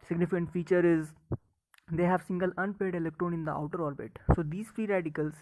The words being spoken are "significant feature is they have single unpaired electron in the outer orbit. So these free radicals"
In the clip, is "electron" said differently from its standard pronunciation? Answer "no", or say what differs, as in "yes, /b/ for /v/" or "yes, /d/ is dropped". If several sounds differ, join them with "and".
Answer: no